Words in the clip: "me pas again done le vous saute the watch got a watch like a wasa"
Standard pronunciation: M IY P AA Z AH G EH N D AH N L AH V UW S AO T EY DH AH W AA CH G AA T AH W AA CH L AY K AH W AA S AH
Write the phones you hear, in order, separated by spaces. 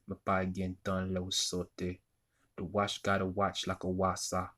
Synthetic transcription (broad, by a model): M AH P AA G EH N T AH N L AH W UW S AO T EY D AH W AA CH G AA T AH W AA CH L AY K AH W AA S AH